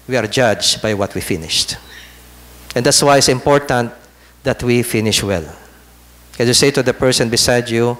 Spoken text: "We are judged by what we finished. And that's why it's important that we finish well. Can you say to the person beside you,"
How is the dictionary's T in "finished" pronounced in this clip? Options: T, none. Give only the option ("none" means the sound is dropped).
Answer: T